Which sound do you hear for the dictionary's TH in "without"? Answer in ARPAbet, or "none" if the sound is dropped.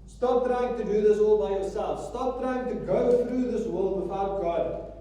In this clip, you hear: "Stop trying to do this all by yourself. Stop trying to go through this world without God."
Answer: F